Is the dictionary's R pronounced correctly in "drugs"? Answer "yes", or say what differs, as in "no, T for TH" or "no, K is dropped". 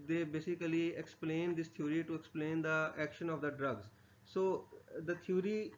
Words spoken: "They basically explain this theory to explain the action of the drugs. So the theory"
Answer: yes